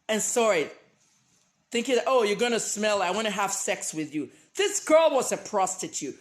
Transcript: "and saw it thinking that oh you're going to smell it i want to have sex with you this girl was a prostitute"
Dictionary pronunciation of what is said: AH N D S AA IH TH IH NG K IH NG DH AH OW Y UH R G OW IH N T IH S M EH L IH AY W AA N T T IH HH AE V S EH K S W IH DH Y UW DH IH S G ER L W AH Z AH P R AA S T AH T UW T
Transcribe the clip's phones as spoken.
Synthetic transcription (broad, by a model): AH N S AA IH TH IH NG K IH NG DH AH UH Y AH R G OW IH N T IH S M EH L IH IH W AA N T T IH HH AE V S EH K S W IH DH Y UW DH IH S G ER L W AH Z AH P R AA S T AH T UW T